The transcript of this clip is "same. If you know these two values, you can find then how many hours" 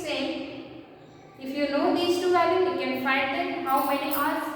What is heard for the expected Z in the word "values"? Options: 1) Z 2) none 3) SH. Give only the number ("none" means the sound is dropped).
2